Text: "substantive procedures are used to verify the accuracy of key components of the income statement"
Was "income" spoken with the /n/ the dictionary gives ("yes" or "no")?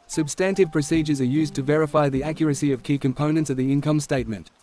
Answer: yes